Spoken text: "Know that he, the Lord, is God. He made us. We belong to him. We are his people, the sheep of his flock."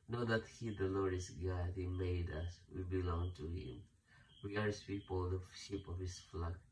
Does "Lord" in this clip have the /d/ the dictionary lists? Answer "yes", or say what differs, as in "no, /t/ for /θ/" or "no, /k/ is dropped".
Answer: no, /d/ is dropped